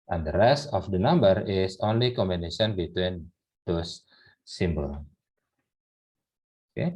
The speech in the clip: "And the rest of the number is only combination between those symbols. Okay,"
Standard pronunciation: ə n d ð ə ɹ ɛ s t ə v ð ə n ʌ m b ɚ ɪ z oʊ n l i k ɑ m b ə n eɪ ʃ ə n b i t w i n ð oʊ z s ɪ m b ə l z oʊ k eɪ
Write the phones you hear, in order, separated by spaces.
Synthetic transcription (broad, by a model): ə n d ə ɹ ɛ s t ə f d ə n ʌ m b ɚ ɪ s oʊ n l i k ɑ m b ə n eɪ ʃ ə n b i t w i n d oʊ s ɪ m b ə l oʊ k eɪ